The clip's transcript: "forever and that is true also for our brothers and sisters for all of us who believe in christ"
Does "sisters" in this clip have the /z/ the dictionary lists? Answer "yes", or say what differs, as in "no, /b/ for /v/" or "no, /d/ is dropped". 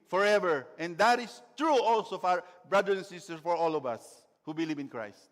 no, /z/ is dropped